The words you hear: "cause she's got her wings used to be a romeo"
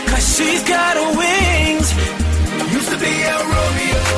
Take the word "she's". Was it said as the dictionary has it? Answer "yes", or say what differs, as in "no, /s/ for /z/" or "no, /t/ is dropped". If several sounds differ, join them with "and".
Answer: yes